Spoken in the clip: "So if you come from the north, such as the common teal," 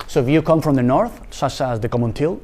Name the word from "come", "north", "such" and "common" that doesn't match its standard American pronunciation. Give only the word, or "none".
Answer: none